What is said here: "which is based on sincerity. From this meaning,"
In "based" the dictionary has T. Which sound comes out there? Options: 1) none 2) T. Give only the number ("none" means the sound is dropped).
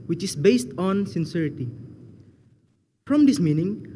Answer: 2